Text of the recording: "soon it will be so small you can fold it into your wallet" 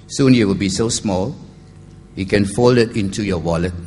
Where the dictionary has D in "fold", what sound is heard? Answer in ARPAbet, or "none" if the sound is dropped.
none